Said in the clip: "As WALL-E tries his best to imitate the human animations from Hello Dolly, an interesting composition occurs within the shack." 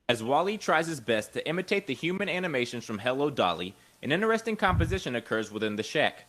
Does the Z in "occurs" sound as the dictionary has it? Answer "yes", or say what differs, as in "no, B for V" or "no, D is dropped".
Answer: yes